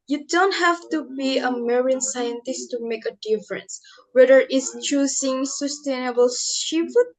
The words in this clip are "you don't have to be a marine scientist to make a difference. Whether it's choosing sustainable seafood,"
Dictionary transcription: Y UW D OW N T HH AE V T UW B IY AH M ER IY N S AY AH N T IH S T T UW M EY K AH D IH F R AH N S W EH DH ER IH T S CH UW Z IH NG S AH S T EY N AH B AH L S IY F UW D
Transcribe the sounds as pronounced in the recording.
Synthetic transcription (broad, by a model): Y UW D OW N T HH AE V T UW B IY AH M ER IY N S AY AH N T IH S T T UW M EY K AH D IH F R AH N S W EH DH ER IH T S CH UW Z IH NG S AH S T EY N AH B AH L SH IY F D